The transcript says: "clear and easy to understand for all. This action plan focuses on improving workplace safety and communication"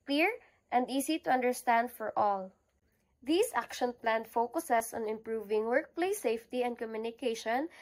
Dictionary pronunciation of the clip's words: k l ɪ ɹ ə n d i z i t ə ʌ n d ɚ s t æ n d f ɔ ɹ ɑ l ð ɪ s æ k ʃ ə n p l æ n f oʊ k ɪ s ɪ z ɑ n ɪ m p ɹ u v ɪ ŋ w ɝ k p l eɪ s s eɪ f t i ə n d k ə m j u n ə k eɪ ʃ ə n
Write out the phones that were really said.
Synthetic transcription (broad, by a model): k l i ɹ ə n d i s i t ə ʌ n d ɚ s t æ n d f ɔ ɹ ɑ l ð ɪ s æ k ʃ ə n p l æ n f oʊ k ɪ s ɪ s ɑ n ɪ m p ɹ u v ɪ ŋ w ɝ k p l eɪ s s eɪ f t i ə n d k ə m j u n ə k eɪ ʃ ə n